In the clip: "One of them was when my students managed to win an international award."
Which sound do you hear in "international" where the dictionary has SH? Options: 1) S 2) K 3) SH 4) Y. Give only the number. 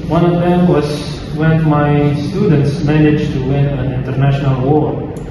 3